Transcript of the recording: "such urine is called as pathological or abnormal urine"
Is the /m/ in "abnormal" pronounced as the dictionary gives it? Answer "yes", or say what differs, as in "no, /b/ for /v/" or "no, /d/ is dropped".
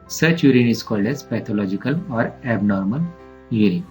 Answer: yes